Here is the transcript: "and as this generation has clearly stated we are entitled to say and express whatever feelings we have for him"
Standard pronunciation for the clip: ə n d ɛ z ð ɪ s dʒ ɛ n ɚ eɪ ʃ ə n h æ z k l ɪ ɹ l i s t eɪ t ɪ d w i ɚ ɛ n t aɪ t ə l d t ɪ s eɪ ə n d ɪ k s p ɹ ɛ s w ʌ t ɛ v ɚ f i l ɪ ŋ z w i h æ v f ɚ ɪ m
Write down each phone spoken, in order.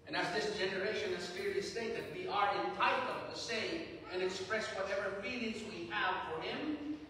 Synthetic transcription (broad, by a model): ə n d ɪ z ð ɪ s dʒ ɛ n ɚ eɪ ʃ ə n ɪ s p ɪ ɹ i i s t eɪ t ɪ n w i ɚ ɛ n t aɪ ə d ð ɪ s eɪ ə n ɪ k s p ɹ ɛ s w ʌ t ɛ v ɚ f i l ɪ ŋ z w i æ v f ɚ ɪ m